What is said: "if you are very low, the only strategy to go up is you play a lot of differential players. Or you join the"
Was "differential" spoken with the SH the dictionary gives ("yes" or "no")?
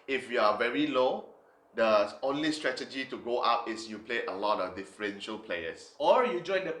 yes